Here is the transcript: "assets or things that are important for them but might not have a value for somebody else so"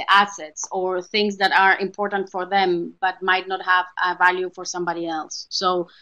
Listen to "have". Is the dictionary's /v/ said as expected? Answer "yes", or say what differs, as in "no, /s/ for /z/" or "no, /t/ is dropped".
yes